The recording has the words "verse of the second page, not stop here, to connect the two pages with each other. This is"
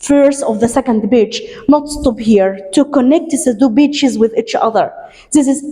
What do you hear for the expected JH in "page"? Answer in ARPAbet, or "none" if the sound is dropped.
CH